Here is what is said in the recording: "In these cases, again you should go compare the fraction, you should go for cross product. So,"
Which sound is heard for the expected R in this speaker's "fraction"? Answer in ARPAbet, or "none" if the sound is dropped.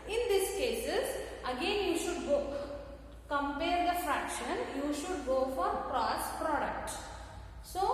R